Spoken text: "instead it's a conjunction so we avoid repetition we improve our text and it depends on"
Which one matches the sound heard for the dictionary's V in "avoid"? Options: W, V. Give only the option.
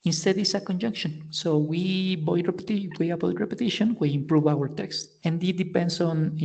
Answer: W